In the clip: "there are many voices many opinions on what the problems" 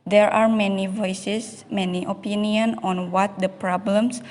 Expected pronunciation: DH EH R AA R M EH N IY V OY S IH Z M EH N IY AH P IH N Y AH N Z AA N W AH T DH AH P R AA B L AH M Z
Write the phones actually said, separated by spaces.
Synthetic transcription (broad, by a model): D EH R AA R M EH N IY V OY S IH S M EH N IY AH P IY N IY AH N AA N W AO T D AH P R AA B L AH M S